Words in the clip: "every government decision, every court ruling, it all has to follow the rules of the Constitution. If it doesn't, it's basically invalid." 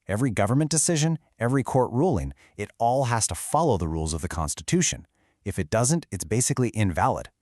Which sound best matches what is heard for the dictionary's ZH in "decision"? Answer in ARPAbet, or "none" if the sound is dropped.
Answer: ZH